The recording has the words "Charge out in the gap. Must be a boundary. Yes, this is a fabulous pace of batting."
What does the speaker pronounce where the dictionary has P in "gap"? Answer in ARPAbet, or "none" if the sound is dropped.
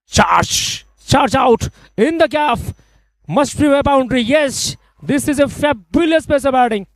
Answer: F